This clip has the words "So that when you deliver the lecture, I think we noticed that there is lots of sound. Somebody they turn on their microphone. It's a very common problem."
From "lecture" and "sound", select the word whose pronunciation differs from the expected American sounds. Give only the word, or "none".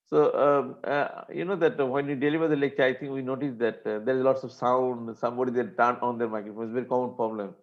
none